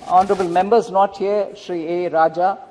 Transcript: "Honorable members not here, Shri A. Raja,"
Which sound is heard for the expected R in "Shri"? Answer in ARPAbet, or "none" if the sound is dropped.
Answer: R